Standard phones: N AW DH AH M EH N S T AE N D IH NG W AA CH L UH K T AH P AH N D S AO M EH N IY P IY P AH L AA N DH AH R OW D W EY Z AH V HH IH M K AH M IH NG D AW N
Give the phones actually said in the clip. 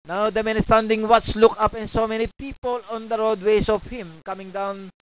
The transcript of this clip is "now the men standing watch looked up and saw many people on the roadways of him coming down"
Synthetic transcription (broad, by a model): N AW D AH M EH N S T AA N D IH NG W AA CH L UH K AH P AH N S AO M EH N IY P IY P AH L AA N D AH R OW D W EY S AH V HH IH M K AH M IH NG D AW N